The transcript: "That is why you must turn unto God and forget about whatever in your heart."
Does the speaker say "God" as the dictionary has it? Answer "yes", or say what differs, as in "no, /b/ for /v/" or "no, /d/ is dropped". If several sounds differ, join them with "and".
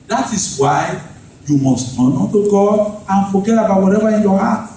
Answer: no, /d/ is dropped